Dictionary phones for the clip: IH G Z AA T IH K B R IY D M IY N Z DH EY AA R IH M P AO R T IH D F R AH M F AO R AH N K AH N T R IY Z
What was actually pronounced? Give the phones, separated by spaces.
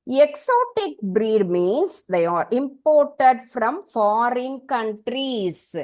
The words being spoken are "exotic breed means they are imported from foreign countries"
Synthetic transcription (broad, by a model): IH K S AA T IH K B R IY D M IY N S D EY AA R IH M P AO R T IH D F R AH M F AO R AH N K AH N T R IY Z